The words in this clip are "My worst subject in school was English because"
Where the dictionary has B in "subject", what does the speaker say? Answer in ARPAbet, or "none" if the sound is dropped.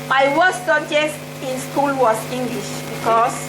none